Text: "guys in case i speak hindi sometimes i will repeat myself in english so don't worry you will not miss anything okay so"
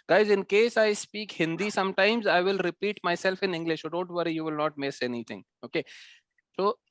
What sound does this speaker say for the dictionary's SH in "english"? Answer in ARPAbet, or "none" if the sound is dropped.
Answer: SH